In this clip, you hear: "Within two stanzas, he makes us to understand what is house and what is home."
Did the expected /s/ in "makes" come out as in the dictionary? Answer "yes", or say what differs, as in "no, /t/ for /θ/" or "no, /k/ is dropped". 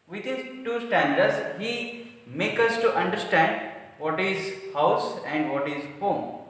no, /s/ is dropped